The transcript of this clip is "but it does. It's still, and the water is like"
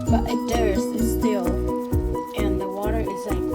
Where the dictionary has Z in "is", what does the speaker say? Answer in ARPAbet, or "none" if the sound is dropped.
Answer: Z